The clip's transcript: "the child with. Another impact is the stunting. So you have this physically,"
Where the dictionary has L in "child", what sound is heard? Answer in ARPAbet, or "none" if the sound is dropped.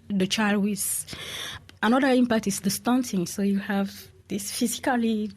L